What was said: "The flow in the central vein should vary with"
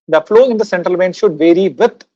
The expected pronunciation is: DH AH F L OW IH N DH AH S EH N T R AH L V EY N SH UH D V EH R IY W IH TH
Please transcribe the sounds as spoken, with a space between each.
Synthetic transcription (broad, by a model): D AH F L OW IH N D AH S EH N T R AH L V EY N SH UH D V EH R IY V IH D